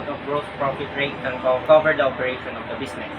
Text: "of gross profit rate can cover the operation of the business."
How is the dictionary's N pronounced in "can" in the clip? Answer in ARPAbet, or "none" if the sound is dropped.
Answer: L